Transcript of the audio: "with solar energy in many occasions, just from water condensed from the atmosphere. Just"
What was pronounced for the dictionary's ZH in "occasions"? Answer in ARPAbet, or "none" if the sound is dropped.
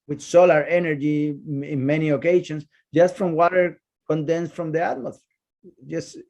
SH